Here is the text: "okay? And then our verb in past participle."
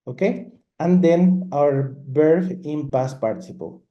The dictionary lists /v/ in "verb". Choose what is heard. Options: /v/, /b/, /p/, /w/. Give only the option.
/b/